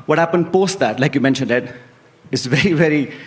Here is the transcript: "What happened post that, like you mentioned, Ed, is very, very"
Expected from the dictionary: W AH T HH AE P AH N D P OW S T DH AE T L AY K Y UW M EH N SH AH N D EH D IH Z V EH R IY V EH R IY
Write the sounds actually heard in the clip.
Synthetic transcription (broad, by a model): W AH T HH AE P AH N D P OW S T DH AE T L AY K Y UW M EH N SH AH N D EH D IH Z V EH R IY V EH R IY